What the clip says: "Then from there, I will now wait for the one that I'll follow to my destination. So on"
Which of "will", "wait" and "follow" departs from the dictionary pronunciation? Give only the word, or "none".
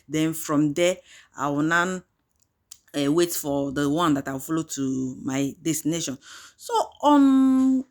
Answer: will